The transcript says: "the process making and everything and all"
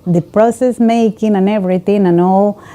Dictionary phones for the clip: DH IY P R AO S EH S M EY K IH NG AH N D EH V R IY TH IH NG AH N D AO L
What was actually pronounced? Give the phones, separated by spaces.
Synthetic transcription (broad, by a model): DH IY P R AO S EH S M EY K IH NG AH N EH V R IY T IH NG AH N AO